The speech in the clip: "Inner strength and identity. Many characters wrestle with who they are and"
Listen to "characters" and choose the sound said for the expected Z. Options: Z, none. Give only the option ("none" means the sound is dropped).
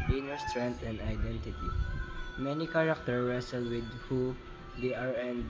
none